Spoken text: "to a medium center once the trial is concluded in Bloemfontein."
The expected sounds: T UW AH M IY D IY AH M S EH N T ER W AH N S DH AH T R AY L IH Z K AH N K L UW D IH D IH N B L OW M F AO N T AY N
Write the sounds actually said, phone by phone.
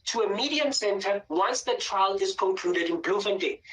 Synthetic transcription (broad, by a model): T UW AH M IY D IY AH M S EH N T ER W AH N S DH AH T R AY L IH Z K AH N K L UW D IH D IH N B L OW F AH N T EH